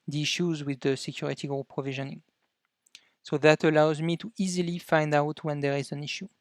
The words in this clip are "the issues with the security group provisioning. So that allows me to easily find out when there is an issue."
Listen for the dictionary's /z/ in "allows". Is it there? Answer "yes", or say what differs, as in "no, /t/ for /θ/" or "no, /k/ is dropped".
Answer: yes